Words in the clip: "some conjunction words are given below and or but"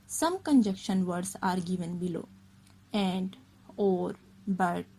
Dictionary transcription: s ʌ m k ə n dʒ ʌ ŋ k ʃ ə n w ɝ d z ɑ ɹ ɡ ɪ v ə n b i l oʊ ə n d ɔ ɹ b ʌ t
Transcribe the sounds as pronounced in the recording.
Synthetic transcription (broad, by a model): s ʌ m k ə n dʒ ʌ k ʃ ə n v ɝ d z ɑ ɹ ɡ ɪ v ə n b i l oʊ ə n d ɔ ɹ b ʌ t